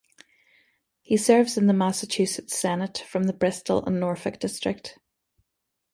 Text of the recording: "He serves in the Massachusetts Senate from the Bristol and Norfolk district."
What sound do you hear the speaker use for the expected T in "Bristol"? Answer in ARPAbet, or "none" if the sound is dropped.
T